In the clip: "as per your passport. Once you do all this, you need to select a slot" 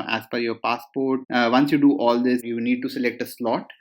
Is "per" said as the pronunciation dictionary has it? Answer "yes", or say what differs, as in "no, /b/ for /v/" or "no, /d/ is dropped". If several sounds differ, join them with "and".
no, /f/ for /p/